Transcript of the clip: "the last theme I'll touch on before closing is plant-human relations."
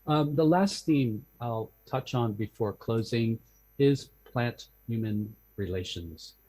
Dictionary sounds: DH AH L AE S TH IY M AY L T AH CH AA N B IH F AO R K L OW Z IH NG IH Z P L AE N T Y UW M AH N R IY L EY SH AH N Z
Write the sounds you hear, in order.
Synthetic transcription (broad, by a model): DH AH L AE S TH IY M AY L T AH CH N B IH F AO R K L OW Z IH NG IH Z P L AE N T Y UW M AH N R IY L EY SH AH N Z